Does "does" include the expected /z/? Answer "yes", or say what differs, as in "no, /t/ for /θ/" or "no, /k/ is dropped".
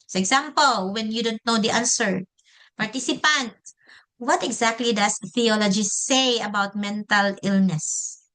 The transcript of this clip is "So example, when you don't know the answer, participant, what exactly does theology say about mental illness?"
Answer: no, /s/ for /z/